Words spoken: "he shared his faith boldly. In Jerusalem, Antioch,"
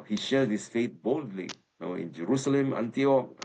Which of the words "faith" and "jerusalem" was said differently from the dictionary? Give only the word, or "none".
faith